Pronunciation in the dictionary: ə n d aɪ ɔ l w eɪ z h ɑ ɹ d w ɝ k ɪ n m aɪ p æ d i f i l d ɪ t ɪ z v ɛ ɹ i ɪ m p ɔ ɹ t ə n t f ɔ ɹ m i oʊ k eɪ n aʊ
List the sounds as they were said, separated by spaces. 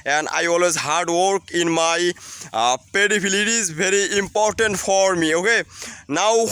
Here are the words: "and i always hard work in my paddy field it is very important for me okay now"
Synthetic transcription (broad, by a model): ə n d aɪ ɔ l w eɪ z h ɑ ɹ d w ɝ k ɪ n m aɪ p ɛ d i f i l ɪ t ɪ z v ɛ ɹ i ɪ m p ɔ ɹ t ə n t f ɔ ɹ m i oʊ k eɪ n aʊ